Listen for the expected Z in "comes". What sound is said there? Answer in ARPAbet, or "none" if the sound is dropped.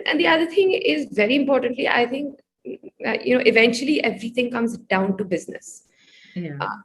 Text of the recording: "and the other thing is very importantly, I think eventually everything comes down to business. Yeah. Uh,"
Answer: Z